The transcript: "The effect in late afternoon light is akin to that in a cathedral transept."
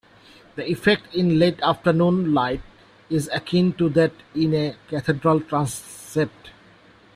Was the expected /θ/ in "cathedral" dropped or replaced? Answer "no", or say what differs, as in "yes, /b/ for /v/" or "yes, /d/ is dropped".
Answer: yes, /t/ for /θ/